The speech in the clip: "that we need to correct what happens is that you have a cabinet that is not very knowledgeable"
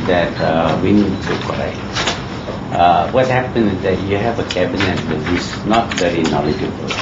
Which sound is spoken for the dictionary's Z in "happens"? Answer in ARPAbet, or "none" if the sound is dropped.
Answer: none